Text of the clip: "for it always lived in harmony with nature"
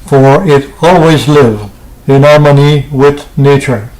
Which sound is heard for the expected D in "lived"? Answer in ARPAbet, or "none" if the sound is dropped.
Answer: none